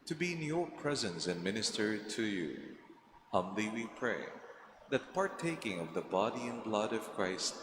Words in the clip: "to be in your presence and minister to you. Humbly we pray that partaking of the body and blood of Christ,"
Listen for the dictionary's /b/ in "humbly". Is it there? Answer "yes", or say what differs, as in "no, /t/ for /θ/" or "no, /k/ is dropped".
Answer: no, /b/ is dropped